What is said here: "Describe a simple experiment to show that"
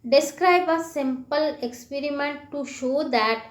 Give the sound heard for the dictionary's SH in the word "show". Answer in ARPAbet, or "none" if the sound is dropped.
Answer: SH